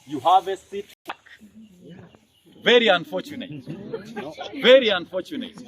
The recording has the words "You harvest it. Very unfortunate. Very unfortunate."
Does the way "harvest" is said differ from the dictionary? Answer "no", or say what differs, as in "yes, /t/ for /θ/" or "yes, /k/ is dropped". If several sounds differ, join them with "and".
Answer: yes, /t/ is dropped